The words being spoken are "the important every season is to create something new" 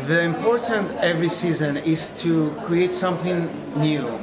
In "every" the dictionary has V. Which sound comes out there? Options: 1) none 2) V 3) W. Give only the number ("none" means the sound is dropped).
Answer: 2